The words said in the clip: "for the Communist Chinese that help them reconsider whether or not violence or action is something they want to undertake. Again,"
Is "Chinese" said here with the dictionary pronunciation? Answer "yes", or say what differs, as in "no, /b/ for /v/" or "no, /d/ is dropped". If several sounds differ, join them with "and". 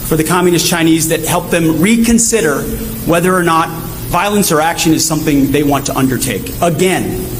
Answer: yes